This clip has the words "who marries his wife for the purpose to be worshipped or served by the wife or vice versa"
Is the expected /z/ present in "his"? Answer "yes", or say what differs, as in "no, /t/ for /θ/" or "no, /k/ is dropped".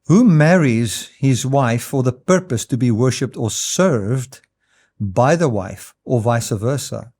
yes